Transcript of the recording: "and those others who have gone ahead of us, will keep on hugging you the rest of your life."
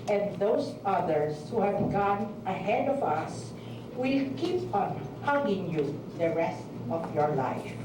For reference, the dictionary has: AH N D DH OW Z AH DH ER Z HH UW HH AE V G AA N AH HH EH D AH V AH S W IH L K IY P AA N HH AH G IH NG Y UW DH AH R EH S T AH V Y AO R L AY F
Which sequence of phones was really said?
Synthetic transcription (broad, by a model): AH N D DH OW S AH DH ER S HH UW HH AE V G AA N AH HH EH D AH V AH S W IH L K IY P AA N HH AH G IH NG Y UW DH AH R EH S T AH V Y AO R L AY F